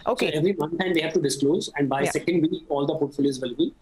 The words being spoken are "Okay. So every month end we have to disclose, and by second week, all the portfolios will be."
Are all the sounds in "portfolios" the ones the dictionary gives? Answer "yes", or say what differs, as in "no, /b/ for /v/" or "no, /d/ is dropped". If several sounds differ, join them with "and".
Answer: no, /f/ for /p/